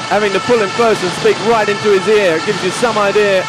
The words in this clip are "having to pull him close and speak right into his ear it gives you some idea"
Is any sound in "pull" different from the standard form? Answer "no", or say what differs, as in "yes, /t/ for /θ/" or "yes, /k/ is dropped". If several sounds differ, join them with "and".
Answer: no